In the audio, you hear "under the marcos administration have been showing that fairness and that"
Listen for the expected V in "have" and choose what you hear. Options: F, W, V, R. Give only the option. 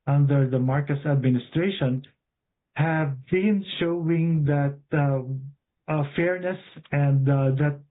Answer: V